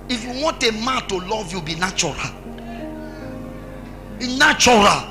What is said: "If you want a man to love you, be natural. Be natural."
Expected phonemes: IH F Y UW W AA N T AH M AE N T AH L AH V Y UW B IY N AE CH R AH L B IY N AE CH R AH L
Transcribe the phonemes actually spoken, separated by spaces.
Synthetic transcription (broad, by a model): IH F Y UW W AA N T AH M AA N T AH L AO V Y UW B IY N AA CH R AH L B IY N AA CH R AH L